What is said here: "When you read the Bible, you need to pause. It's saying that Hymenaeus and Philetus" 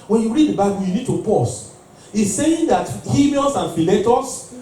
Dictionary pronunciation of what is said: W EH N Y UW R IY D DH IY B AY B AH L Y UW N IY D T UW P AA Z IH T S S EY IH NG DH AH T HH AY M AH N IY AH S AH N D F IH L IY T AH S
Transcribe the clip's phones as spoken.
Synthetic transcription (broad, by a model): W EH N Y UW R IY D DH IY B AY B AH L Y UW N IY D T UW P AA S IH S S EY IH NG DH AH T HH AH L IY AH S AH N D F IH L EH T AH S